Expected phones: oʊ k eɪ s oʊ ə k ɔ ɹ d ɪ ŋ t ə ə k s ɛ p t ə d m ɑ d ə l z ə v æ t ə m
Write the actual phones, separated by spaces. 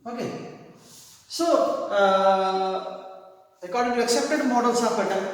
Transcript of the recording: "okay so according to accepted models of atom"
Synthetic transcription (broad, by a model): oʊ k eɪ s oʊ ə k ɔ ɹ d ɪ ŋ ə ə k s ɛ p t ə d m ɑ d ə l s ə b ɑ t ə